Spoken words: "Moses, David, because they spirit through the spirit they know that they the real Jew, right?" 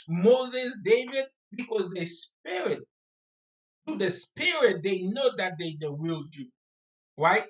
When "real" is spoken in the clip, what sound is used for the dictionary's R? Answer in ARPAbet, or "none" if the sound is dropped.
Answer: W